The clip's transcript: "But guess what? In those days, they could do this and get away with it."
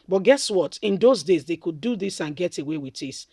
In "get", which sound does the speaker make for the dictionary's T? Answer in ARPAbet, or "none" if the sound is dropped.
T